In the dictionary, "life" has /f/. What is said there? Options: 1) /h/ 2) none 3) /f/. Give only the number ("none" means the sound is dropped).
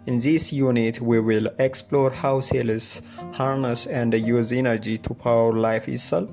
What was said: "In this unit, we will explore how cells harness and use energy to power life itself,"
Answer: 3